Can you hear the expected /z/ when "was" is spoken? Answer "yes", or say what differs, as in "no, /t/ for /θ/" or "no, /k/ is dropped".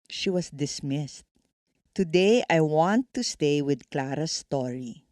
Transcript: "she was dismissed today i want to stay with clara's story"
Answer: no, /s/ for /z/